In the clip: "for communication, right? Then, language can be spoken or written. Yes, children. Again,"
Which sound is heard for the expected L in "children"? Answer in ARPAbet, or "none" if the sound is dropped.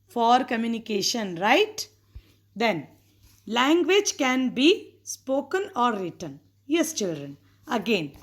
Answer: L